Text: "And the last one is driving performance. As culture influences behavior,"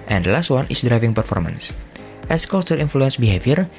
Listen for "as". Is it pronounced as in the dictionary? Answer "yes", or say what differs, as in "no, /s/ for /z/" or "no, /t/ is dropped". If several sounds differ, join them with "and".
no, /s/ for /z/